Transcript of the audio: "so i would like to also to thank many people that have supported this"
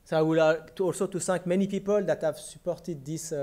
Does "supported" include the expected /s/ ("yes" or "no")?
yes